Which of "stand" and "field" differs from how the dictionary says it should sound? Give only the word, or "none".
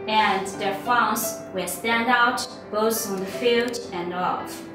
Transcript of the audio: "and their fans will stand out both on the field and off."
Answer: none